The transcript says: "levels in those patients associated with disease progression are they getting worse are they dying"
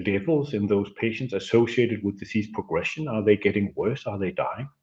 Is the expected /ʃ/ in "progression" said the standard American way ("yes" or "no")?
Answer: yes